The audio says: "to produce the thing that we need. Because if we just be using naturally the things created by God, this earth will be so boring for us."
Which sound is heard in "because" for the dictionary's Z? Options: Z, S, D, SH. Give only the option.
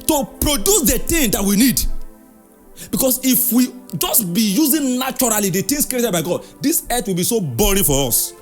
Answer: S